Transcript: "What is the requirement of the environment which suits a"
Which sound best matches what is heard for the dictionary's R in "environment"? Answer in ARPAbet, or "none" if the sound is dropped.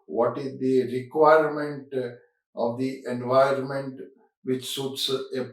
none